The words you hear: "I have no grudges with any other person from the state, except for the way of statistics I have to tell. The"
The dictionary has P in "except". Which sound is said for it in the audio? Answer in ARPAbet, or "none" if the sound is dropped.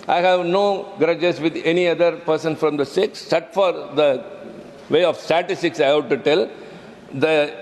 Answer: none